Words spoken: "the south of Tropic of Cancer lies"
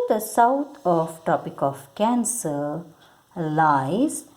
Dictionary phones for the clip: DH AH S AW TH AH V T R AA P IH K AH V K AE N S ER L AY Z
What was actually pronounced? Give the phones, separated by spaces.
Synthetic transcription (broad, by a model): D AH S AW T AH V T AA P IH K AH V K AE N S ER L AY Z